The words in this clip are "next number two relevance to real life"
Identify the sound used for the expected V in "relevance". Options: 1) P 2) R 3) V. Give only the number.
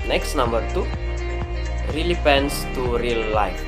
1